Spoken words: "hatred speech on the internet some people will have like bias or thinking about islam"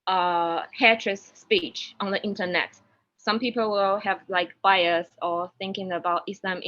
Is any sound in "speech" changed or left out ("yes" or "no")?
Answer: no